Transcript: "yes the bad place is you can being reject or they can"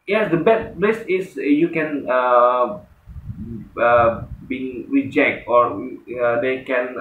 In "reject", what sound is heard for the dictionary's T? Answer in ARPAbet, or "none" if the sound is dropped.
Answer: T